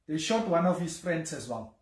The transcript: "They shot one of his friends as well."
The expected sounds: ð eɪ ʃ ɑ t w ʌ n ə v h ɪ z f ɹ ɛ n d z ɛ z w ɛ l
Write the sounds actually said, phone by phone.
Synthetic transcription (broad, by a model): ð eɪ ʃ ɑ t w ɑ n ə f h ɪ s f ɹ ɛ n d s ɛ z w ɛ l